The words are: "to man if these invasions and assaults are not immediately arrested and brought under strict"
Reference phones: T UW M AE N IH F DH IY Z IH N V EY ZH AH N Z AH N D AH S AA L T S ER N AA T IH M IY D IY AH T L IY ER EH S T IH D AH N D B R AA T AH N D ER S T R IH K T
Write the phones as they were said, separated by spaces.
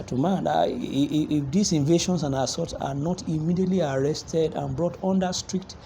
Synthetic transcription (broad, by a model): T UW M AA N IH F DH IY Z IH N V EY SH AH N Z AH N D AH S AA T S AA N AA T IH M IY D IY AH T L IY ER EH S T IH D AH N B R AA T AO N D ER S T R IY K T